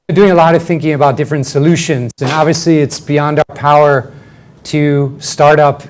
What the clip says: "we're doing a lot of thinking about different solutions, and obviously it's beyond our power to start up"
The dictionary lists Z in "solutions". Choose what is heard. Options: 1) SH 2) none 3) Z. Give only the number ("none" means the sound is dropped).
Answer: 3